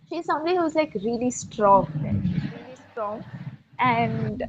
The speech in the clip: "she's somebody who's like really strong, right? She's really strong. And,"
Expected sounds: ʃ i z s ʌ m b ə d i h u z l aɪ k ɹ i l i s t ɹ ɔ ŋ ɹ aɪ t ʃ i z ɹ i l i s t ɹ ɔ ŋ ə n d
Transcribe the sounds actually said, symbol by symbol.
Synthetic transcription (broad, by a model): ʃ i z s ʌ m b ə d i h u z l aɪ k ɹ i l i s t ɹ ɔ ŋ l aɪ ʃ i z ɹ i l i s t ɹ ɔ ŋ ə n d